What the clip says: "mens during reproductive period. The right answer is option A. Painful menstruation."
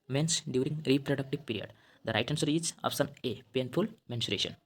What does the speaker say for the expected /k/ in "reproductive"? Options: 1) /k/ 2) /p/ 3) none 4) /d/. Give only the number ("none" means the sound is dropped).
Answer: 1